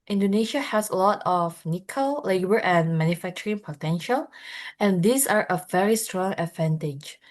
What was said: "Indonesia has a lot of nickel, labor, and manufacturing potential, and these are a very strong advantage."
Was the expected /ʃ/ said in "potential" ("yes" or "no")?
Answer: yes